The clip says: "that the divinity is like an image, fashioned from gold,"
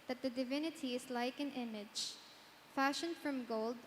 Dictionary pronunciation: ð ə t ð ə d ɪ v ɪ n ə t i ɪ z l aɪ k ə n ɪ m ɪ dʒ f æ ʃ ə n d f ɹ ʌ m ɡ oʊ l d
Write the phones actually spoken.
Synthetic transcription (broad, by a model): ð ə t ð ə d ɪ v ɪ n ə t i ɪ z l aɪ k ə n ɪ m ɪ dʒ f æ ʃ ə n d f ɹ ʌ m ɡ oʊ l d